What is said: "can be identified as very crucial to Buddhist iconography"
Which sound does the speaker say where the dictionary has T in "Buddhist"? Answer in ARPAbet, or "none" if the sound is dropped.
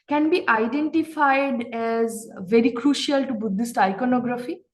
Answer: T